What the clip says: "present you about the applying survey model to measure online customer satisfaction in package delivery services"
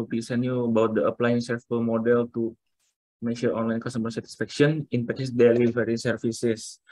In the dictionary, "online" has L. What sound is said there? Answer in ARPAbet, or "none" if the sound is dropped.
L